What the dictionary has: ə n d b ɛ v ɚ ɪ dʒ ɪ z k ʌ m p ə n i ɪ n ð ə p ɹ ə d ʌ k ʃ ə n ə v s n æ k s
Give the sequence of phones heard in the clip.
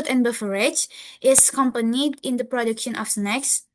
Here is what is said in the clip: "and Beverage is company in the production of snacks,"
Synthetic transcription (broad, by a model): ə n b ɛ f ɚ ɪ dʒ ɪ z k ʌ m p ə n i ɪ n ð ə p ɹ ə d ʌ k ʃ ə n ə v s n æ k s